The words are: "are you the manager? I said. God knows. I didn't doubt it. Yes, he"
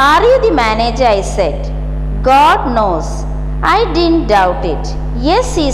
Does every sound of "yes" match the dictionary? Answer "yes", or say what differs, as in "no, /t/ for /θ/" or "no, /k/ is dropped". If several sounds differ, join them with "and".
yes